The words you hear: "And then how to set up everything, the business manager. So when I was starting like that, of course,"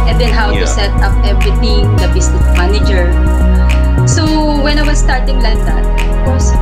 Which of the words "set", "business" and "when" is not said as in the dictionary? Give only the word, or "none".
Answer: business